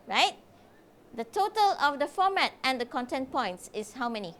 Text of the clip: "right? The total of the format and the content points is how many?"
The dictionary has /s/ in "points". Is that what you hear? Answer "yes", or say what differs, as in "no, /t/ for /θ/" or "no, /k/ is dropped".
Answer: yes